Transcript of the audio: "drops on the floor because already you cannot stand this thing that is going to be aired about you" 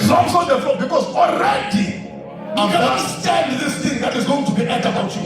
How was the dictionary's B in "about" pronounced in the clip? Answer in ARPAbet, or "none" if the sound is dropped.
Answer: none